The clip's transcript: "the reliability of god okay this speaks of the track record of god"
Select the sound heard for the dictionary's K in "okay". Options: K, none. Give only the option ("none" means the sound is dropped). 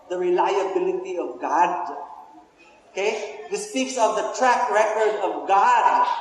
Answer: K